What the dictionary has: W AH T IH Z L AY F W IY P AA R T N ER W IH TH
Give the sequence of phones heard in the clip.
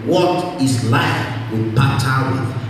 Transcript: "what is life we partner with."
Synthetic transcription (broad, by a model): W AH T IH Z L AY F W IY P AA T ER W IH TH